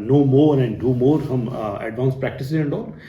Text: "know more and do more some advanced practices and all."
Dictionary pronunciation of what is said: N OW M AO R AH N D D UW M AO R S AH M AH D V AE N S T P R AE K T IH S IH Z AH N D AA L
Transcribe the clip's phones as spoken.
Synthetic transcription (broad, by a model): N OW M AO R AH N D D UW M AO R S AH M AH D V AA N S P R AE K T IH S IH AH N D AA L